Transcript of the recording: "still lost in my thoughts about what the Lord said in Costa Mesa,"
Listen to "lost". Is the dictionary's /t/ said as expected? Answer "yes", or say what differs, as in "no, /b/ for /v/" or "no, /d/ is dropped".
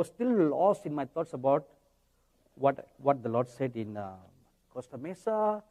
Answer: no, /t/ is dropped